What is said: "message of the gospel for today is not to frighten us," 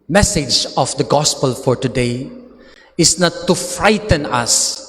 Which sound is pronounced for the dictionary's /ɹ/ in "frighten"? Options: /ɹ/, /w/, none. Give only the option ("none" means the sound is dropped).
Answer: /ɹ/